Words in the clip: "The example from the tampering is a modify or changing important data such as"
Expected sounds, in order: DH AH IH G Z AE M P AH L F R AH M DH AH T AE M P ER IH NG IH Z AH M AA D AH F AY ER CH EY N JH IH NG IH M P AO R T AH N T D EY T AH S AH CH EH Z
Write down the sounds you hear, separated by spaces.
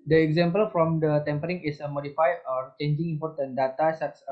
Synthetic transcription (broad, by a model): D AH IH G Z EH M P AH L F R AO M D AH T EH M P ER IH NG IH S AH M AA D AH F AY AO CH EY N JH IH NG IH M P AO R T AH N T D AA T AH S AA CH